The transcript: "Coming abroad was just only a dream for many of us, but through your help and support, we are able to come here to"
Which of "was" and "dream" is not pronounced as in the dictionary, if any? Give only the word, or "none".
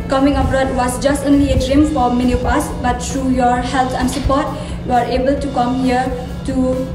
was